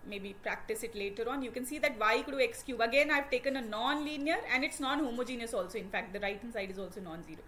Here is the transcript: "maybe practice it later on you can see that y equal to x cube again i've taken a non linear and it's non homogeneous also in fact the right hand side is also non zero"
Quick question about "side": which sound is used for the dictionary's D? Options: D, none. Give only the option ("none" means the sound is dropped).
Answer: D